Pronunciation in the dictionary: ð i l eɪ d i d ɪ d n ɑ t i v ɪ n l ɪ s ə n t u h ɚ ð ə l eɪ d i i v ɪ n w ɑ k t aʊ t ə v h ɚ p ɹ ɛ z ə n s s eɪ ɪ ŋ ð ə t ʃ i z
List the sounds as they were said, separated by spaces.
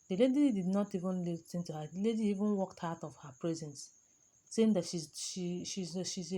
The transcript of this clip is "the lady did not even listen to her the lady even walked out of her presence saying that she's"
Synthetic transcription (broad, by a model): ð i l eɪ d i d ɪ d n ɑ t i v ɪ n l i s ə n t u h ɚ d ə l eɪ d i i v ɪ n w ɑ k t aʊ t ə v h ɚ p ɹ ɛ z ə n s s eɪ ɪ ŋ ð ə t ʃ i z